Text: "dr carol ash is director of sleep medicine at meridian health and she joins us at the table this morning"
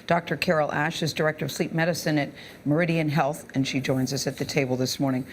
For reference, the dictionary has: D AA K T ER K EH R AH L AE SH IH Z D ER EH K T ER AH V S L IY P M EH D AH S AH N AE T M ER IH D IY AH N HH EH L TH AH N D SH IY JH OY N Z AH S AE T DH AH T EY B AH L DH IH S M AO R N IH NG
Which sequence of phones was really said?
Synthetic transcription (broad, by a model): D AA K T ER K EH R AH L AE SH IH Z D ER EH K T ER AH V S L IY P M EH D AH S AH N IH T M ER IH D IY AH N HH EH L TH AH N SH IY JH OY N Z AH S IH T DH AH T EY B L DH IH S M AO R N IH NG